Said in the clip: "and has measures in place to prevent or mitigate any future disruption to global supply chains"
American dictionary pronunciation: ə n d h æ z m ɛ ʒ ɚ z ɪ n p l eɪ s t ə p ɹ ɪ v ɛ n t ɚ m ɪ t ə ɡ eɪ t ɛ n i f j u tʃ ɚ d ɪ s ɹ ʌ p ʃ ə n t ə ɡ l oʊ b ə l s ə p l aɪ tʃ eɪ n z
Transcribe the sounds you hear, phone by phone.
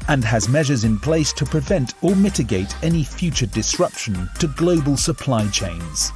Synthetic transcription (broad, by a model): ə n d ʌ z m ɛ ʒ ɚ z ɪ n p l eɪ s t ə p ɹ ɪ v ɛ n t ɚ m ɪ t ə ɡ eɪ t ɛ n i f j u tʃ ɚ d ɪ s ɹ ʌ p ʃ ə n t ə ɡ l oʊ b ə l s ə p l aɪ tʃ eɪ n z